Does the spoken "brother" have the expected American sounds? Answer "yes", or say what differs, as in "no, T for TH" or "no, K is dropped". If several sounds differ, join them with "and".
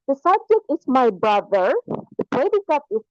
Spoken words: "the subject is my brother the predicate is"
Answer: yes